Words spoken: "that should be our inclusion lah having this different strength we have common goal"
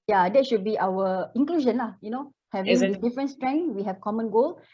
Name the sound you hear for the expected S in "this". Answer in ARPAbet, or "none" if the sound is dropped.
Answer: none